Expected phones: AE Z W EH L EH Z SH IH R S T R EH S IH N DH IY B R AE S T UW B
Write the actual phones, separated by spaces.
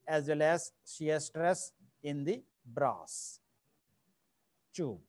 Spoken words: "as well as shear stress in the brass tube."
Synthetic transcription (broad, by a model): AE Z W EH L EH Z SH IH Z S T R EH S IH N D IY B R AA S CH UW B